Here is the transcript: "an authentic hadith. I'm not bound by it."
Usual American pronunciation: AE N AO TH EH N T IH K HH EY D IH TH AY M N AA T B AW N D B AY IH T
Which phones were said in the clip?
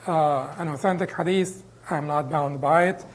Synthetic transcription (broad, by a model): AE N AO TH EH N T IH K HH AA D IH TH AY M N AA T B AW N D B AY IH T